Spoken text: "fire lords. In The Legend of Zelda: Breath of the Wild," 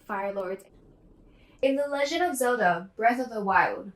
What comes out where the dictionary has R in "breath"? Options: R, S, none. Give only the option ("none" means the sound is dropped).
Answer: R